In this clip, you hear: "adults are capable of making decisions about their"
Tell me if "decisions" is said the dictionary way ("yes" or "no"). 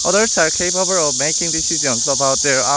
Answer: no